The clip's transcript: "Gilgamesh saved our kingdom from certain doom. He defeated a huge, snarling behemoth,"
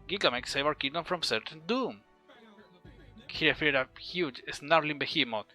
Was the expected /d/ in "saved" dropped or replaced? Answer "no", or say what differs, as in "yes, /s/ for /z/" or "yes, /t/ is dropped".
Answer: yes, /d/ is dropped